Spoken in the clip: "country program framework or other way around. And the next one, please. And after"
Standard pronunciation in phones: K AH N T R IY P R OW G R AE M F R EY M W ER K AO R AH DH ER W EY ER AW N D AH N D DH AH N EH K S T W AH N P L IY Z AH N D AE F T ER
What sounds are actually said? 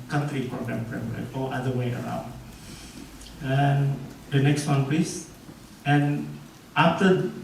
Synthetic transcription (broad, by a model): K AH N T R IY P R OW G R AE M P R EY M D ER AO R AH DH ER W EY ER AW N D AH N D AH N EH K S T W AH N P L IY S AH N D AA F T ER